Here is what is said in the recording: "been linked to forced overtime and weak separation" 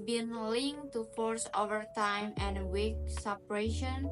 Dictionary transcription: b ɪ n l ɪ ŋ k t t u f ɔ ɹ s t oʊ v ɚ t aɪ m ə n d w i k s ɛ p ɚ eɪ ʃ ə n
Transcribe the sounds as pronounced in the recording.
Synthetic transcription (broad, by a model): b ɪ n l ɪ ŋ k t t u f ɔ ɹ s oʊ v ɚ t aɪ m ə n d w i k s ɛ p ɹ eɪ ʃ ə n